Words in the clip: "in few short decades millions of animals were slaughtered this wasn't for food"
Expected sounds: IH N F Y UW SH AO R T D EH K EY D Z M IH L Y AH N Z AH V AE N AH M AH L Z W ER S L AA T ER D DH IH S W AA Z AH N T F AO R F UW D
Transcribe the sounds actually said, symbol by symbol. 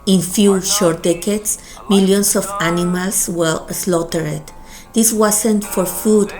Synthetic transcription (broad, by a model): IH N F Y UW SH AO R T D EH K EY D S M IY L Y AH N S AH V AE N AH M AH L S W ER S L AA T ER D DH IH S W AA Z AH N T F AO R F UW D